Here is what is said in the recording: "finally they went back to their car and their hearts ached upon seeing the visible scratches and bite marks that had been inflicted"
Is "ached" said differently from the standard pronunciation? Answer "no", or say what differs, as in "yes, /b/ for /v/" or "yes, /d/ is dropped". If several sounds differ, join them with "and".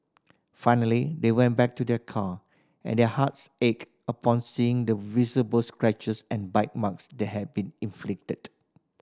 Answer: yes, /t/ is dropped